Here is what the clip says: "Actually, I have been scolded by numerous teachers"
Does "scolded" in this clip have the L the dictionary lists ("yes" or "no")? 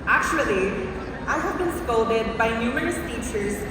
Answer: no